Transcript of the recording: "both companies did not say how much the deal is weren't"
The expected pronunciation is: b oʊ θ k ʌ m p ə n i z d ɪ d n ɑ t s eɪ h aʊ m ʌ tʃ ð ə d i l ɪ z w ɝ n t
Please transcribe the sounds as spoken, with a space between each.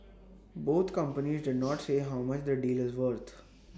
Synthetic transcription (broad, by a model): b oʊ t k ʌ m p ə n i z d ɪ d n ɑ t s eɪ h aʊ m ʌ tʃ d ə d i l ɪ z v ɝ t